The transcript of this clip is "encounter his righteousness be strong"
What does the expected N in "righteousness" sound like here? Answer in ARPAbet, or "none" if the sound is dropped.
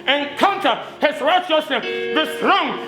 none